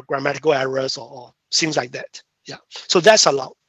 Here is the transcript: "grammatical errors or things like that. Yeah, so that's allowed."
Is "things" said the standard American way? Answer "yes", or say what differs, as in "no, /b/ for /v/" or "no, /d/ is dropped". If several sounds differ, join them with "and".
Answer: no, /s/ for /θ/